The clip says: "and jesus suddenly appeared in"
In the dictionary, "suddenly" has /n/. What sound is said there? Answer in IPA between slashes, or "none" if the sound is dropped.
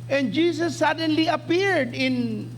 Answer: /n/